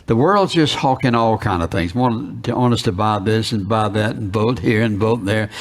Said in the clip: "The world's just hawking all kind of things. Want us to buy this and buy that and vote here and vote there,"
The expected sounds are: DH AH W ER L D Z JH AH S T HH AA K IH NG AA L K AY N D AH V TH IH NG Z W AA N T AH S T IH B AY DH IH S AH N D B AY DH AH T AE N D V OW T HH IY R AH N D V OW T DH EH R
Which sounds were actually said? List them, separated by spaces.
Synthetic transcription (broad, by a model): DH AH W ER L D Z JH AH S T HH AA K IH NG AA L K AY N D AH V TH IH NG Z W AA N T AH S T IH B AY DH IH S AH N B AY DH AH T N V OW T HH IY R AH N V OW T DH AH R